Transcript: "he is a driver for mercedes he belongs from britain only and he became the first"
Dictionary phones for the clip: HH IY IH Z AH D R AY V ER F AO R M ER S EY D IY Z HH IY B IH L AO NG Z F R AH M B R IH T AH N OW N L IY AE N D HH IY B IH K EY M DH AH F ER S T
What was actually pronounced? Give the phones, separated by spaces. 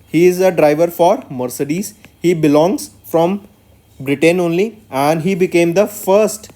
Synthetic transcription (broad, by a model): HH IY IH Z AH D R AY V ER F AO R M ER S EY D IY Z HH IY B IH L AO NG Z F R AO M B R IH T AH N OW N L IY AE N D HH IY B IH K EY M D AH F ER S T